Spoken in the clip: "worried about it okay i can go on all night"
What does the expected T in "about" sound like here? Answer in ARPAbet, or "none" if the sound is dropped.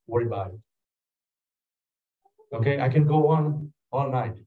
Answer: none